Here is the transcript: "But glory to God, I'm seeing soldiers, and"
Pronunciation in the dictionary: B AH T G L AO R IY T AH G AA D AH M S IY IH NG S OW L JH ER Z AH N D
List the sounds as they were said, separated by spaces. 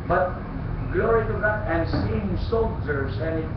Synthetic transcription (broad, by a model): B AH T G L AO R IY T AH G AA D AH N S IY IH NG S OW L JH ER S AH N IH